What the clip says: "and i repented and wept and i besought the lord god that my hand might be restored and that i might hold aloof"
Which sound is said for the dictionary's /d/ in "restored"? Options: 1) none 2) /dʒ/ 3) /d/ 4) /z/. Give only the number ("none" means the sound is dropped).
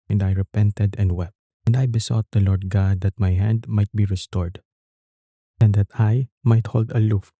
3